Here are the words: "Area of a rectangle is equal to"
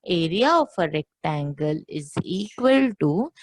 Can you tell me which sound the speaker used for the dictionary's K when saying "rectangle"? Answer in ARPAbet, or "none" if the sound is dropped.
K